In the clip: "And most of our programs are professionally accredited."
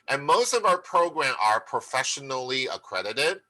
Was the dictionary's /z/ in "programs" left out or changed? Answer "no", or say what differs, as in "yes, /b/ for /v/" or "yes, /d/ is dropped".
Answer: yes, /z/ is dropped